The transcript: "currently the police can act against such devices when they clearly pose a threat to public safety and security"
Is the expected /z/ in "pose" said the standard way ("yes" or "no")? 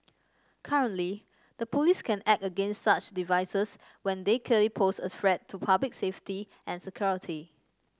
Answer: no